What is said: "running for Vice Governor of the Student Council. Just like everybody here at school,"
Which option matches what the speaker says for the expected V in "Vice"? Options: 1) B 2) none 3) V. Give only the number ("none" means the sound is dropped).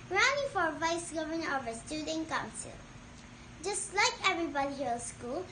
3